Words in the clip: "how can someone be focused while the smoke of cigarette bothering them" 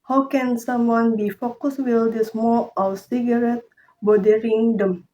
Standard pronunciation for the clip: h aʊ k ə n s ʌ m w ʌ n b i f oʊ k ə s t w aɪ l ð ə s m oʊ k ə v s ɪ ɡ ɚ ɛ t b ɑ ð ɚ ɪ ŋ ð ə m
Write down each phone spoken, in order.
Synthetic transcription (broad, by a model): h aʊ k ə n s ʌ m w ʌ n b i f oʊ k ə s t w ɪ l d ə s m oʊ ə s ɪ ɡ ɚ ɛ t b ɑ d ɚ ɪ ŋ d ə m